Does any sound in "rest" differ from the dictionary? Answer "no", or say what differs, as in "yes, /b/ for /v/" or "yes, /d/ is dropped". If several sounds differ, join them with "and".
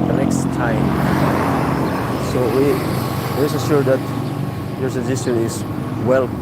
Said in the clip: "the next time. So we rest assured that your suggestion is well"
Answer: yes, /w/ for /ɹ/ and /t/ is dropped